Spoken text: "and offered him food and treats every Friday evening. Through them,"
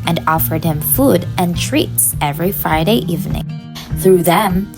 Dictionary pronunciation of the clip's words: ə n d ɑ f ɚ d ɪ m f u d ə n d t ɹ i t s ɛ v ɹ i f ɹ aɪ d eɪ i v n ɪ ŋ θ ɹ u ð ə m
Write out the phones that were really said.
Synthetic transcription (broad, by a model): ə n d ɑ f ɚ d ɪ m f u d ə n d t ɹ i t s ɛ v ɹ i f ɹ aɪ d eɪ i v n ɪ ŋ θ ɹ u ð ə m